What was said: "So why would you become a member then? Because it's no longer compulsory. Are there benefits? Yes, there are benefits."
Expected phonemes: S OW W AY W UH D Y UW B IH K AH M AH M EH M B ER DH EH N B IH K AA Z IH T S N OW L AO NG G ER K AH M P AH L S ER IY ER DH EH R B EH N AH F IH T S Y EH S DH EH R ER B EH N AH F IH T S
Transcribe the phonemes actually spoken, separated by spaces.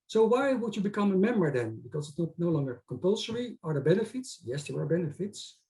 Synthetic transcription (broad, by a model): S OW W AY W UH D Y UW B IH K AH M AH M EH M B ER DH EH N B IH K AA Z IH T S N OW L AO NG G ER K AH M P AH L S ER IY ER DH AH B EH N AH F IH T S Y EH S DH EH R ER B EH N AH F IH T S